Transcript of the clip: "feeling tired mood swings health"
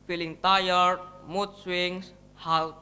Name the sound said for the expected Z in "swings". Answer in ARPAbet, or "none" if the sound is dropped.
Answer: S